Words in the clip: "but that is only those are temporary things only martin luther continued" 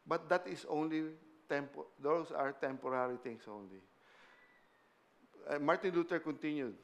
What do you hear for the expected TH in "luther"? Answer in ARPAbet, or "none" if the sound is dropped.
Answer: T